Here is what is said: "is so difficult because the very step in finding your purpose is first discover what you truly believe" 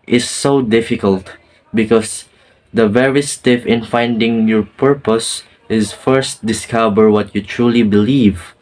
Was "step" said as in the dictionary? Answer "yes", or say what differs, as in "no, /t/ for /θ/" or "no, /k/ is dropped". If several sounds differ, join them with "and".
no, /f/ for /p/